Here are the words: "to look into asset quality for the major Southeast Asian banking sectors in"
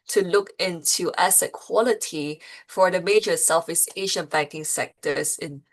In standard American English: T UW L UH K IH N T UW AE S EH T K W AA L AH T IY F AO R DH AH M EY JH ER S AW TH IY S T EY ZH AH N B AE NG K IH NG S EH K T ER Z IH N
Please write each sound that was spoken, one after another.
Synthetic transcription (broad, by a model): T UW L UH K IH N T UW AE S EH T K W AA L AH T IY F AO R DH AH M EY JH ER S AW F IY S EY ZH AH N B AE NG K IH NG S EH K T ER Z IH N